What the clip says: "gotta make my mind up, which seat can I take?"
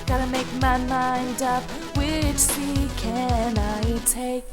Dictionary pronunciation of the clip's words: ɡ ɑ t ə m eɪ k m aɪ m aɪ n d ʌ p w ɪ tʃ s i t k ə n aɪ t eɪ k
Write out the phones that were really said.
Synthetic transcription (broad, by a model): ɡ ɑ t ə m eɪ k m aɪ m aɪ n d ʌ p w ɪ tʃ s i k ə n aɪ t eɪ k